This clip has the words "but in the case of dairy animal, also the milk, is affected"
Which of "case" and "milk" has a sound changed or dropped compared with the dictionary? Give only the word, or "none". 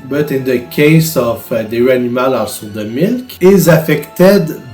none